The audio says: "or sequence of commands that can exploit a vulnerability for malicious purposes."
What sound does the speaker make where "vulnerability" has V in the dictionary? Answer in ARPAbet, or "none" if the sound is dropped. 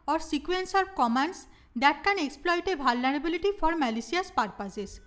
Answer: B